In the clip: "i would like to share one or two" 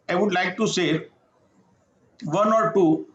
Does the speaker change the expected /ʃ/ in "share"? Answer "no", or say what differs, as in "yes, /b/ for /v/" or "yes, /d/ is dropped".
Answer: yes, /s/ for /ʃ/